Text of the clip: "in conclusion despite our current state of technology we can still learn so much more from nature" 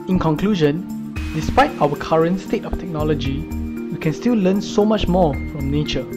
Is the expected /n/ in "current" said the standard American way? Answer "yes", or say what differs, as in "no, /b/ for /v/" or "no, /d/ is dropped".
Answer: yes